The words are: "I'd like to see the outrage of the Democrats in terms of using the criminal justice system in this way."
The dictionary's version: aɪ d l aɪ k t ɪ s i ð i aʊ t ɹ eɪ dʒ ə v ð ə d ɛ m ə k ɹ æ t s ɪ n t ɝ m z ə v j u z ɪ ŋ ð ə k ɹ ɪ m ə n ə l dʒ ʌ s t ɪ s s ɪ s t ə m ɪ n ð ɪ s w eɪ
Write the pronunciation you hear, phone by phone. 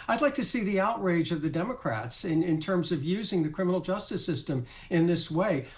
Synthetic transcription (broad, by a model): aɪ d l aɪ k t ɪ s i ð i aʊ t ɹ eɪ dʒ ə v ð ə d ɛ m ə k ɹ æ t s ɪ n t ɝ m z ə v j u z ɪ ŋ ð ə k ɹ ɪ m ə n l dʒ ʌ s t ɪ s s ɪ s t ə m ɪ n ð ɪ s w eɪ